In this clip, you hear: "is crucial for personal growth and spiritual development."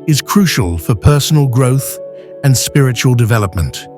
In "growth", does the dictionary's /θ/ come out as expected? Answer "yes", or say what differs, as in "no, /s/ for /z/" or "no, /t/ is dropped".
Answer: yes